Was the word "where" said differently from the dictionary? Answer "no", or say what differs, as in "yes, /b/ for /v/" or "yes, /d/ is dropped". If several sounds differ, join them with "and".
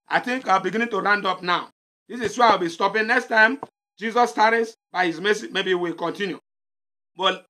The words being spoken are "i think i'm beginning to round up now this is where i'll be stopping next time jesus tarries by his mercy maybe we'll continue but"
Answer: yes, /w/ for /ɹ/